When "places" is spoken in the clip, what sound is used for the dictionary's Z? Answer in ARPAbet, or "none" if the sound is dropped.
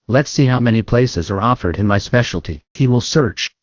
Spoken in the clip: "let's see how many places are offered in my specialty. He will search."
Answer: Z